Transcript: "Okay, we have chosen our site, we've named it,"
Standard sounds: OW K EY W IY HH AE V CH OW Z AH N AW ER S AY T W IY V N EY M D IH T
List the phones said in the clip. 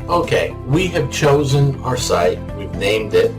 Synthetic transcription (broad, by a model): OW K EY W IY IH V CH OW Z AH N AW ER S AY T W IY V N EY M D IH T